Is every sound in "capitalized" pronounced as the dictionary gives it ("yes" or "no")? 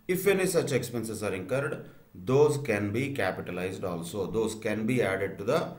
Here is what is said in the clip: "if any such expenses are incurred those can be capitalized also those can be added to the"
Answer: yes